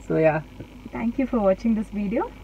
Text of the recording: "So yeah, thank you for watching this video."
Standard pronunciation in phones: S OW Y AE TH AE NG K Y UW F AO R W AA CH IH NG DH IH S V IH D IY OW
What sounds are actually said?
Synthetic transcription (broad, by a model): S OW Y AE T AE NG K Y UW F AO R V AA CH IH NG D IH S V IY D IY OW